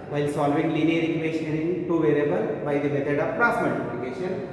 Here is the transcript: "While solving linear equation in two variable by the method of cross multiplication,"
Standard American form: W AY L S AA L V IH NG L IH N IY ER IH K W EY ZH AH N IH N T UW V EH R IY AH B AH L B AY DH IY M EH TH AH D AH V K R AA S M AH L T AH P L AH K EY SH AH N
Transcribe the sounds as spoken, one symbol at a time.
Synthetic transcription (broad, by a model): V AY L S AA L V IH NG L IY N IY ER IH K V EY SH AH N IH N T UW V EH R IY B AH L B AY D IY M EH T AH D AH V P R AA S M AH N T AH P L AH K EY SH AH N